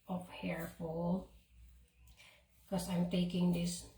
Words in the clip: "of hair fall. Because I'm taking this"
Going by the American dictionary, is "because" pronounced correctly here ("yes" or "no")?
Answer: no